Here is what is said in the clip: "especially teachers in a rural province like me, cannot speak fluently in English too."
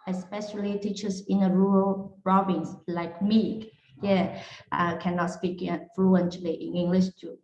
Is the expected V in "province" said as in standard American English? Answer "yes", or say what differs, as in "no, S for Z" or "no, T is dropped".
no, B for V